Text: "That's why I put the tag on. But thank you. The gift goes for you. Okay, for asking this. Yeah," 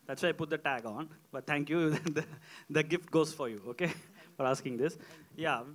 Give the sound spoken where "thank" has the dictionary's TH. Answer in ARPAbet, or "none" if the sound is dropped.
T